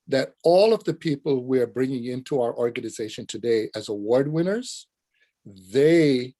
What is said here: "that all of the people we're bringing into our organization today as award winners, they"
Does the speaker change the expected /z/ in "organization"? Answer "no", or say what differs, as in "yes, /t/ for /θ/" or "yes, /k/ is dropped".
no